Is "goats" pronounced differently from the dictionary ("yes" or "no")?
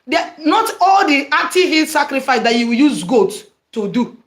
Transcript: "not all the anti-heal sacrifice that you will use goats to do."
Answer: yes